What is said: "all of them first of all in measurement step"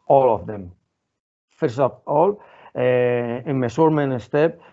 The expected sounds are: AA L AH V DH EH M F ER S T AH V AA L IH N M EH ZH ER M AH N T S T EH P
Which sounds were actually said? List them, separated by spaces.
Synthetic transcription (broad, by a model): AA L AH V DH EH M F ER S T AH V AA L IH N M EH S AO M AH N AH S T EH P